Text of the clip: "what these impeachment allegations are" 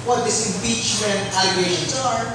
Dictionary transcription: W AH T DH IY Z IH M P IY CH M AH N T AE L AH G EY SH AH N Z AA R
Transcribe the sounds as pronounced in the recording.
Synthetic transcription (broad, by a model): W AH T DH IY S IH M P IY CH M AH N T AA AH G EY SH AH N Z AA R